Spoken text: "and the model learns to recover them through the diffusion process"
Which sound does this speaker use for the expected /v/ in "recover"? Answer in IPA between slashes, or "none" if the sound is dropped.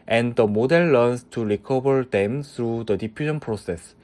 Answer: /b/